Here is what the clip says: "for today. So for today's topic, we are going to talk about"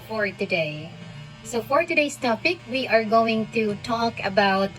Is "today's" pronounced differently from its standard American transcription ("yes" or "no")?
yes